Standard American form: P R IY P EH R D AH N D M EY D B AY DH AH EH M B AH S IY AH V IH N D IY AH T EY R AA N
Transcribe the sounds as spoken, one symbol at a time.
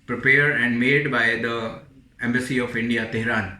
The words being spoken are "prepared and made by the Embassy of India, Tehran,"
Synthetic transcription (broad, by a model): P R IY P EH R D AH N D M EY D B AY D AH EH M B AH S IY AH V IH N D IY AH T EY R AA N